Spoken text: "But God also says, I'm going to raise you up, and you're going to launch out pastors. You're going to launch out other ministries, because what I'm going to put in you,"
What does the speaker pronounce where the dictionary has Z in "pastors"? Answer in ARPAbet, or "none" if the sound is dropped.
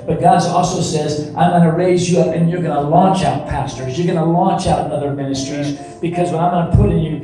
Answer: Z